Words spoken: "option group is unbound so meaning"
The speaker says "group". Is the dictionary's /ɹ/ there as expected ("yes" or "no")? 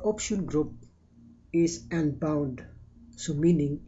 yes